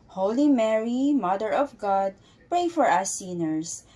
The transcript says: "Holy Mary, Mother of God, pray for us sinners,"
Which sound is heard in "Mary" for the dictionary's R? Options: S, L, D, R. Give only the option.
R